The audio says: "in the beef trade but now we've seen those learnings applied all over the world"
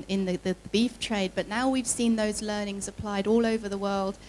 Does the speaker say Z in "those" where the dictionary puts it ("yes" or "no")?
yes